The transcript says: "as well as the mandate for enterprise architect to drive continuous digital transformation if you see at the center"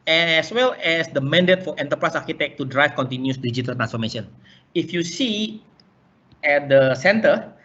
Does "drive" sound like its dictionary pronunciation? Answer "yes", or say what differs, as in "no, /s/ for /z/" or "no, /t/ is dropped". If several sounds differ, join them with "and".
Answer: no, /f/ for /v/